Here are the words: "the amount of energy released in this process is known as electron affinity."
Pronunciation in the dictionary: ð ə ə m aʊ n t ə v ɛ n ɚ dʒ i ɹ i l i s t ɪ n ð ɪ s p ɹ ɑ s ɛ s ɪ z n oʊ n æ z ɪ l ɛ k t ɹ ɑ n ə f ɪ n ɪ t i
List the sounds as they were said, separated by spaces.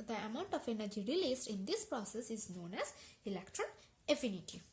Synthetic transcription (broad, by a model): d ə ə m aʊ n t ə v ɛ n ɚ dʒ i ɹ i l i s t ɪ n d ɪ s p ɹ ɑ s ɛ s ɪ z n oʊ n æ z ɪ l ɛ k t ɹ ɑ n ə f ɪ n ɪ t i